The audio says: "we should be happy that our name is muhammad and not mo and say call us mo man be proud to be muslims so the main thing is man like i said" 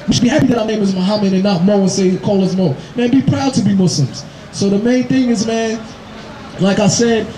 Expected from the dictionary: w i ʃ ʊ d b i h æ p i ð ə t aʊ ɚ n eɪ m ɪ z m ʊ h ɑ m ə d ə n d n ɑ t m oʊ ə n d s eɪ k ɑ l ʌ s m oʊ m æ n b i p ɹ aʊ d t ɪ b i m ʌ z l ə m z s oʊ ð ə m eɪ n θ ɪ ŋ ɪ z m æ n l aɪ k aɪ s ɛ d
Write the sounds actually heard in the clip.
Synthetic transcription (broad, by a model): w i ʃ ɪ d b i h æ p i ð ə t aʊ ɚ n eɪ m ɪ z m ʊ h ɑ m ə d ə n n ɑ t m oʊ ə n s eɪ k ɑ l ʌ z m oʊ m æ n b i p ɹ aʊ d t ɪ b i m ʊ s l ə m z s oʊ ð ə m eɪ n θ ɪ ŋ ɪ z m æ n l aɪ k aɪ s ɛ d